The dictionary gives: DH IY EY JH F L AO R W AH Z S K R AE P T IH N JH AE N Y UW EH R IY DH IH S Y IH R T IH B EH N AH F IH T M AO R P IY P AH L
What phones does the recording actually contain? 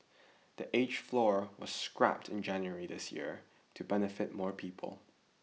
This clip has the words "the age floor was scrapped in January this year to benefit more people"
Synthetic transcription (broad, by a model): DH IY EY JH F L AO R W AH Z S K R AE P T IH N JH AE N Y UW EH R IY DH IH S Y IH R T IH B EH N AH F IH T M AO R P IY P AH L